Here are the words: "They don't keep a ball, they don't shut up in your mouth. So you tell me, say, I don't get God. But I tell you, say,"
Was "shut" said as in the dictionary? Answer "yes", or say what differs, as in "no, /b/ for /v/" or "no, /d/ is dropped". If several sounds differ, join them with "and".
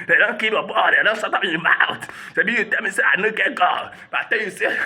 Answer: no, /s/ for /ʃ/